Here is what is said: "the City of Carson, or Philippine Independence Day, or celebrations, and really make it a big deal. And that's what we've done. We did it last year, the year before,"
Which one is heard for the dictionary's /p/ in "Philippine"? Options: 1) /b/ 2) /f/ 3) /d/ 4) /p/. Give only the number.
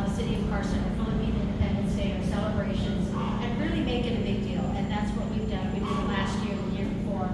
1